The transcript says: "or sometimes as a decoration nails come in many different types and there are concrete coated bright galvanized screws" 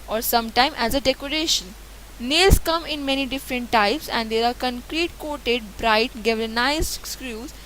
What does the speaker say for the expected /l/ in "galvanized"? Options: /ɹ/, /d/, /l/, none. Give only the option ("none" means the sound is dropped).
none